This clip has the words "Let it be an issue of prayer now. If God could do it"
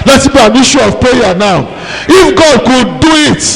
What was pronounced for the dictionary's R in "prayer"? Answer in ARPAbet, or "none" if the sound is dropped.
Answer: none